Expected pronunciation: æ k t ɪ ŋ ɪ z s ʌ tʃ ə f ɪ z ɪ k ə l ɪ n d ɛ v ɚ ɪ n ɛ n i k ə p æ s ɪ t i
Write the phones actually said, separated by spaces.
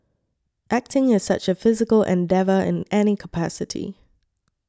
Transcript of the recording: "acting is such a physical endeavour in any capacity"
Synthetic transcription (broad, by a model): æ k t ɪ ŋ ɪ z s ʌ tʃ ə f ɪ z ɪ k ə l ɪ n d ɛ v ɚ ɪ n ɛ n i k ə p æ s ɪ t i